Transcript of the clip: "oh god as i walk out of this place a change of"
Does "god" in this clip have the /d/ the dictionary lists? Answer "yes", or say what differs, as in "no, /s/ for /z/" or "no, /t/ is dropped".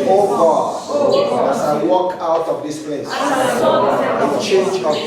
no, /d/ is dropped